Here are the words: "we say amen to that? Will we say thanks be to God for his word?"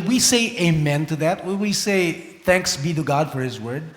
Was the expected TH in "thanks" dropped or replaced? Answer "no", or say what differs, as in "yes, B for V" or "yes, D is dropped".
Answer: no